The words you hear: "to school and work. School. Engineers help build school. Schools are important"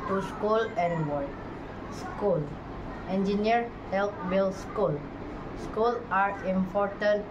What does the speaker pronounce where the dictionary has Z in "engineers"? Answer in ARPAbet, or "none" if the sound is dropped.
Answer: none